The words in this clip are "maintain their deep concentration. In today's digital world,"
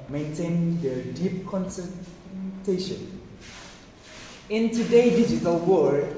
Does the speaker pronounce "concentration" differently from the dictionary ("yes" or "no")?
yes